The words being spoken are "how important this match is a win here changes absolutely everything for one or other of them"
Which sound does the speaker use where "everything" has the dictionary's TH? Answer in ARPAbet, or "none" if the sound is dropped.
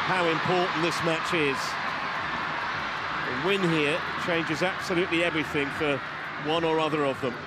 TH